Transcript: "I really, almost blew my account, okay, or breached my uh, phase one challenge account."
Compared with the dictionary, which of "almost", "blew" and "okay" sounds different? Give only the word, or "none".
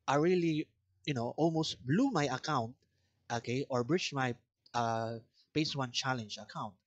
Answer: none